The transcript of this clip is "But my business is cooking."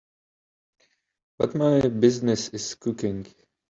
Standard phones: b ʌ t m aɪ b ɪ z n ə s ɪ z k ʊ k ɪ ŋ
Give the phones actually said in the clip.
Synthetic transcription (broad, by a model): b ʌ t m aɪ b ɪ z n ə s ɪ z k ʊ k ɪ ŋ